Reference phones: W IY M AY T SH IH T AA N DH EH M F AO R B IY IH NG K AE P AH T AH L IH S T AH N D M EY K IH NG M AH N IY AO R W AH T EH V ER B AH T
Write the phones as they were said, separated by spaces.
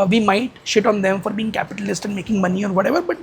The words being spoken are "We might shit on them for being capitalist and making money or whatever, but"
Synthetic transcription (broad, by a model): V IY M AY T SH IH T AA N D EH M F AO R B IY IH NG K AE P AH T AH L IH S T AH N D M EY K IH NG M AH N IY AO R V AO T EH V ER B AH T